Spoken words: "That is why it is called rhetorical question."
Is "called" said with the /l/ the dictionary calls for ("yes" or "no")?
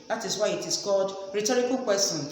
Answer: no